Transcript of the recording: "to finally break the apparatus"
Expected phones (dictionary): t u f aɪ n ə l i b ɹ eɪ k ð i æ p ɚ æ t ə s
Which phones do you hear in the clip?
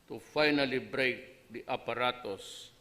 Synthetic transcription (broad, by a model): t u f aɪ n ə l i b ɹ eɪ k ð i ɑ p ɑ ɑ t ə s